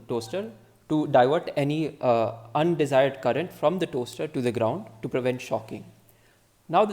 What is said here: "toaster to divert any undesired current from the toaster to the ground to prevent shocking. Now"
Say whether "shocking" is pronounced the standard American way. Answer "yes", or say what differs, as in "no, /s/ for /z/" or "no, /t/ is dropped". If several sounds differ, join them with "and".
yes